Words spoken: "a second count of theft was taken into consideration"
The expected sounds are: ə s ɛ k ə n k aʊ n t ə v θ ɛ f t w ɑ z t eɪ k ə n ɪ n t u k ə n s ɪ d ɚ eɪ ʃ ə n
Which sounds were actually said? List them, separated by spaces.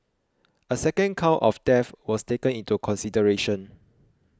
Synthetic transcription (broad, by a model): ə s ɛ k ə n k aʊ t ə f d ɛ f w ɑ s t eɪ k ə n ɪ n t u k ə n s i d ɚ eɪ ʃ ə n